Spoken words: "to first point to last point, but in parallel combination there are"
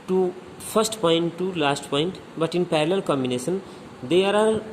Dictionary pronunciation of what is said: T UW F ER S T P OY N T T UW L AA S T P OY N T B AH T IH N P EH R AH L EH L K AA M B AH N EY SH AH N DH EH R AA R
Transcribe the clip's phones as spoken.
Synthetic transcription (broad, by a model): T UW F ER S T P OY N T T UW L AA S T P OY N T B AH T IH N P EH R L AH L K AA M B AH N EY S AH N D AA R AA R